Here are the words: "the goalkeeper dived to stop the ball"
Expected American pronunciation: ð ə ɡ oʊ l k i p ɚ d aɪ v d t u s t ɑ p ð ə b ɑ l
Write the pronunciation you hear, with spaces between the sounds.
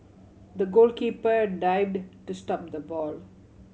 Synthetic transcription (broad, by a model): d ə ɡ oʊ l k i p ɚ d aɪ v d t u s t ɑ p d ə b ɑ l